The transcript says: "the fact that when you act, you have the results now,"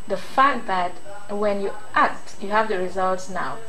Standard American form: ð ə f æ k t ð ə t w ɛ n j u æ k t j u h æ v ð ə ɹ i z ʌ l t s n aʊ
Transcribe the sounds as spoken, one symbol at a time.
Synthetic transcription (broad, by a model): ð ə f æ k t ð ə t w ɛ n j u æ k t j u h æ v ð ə ɹ i z ʌ l t s n aʊ